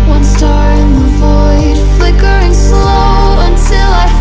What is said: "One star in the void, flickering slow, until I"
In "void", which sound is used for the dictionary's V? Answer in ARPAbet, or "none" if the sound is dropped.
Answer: V